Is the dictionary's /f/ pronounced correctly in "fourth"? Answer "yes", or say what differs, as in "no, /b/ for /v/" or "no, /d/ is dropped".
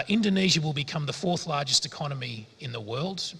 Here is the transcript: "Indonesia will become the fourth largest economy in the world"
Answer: yes